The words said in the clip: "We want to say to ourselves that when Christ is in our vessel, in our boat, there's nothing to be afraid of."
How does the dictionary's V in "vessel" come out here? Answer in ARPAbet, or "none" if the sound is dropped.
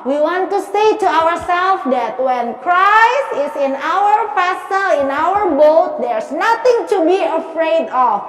F